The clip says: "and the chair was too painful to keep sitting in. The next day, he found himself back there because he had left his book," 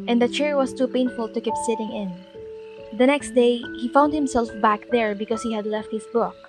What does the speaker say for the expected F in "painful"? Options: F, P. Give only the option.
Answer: F